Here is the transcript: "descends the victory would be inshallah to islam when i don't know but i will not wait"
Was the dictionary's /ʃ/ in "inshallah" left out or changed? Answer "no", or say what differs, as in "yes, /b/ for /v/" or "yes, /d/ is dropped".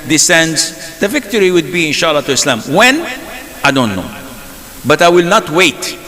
no